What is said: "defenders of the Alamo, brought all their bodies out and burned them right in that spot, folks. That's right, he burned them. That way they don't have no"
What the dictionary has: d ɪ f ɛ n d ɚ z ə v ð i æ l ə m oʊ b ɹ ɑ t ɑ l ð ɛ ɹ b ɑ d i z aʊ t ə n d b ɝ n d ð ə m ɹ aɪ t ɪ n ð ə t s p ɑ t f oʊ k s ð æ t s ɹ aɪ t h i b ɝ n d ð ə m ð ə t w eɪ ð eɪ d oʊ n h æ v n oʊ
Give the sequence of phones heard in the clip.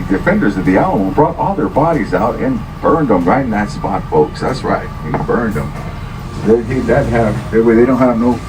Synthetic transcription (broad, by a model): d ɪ f ɛ n d ɚ z ə v ð i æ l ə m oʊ b ɹ ɑ t ɑ l ð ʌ ɹ b ɑ d i z aʊ t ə n b ɝ n d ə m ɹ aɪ ɪ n ð ə t s p ɑ t f oʊ k s ð æ t s ɹ aɪ t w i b ɝ n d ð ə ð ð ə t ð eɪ ð eɪ d oʊ n h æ v n oʊ